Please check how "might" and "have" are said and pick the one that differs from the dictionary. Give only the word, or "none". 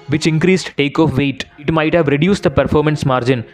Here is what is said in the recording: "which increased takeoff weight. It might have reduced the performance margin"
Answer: none